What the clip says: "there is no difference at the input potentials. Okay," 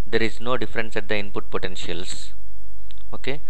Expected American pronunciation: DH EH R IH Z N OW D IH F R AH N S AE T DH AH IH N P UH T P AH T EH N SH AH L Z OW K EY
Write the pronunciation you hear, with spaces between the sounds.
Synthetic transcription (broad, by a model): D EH R IH Z N OW D IH F R AH N S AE T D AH IH N P UH T P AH T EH N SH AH L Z OW K EY